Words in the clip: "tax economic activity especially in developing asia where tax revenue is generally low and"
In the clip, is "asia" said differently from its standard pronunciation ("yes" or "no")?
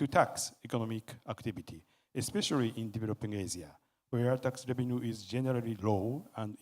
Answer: yes